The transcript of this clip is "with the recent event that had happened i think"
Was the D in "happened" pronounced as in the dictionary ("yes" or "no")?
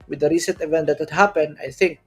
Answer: no